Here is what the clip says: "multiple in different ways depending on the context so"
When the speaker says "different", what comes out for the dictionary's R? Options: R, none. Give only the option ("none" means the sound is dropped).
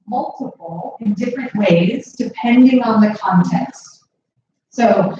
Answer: R